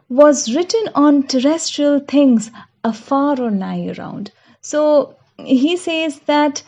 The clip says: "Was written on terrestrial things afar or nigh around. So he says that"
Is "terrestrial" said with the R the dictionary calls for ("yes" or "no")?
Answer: yes